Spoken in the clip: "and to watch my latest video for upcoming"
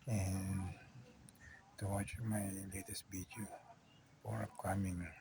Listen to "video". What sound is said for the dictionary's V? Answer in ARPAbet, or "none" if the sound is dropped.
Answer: B